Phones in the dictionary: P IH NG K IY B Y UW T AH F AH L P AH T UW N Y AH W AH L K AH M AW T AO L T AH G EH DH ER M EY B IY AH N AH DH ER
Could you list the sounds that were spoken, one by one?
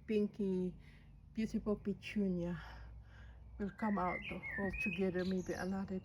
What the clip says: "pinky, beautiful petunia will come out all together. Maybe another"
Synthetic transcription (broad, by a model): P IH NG K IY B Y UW S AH P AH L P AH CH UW N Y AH W AH L K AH M AW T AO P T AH G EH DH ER M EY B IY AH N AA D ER